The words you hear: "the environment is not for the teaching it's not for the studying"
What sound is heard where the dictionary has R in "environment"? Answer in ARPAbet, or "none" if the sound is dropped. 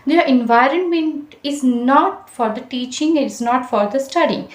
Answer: R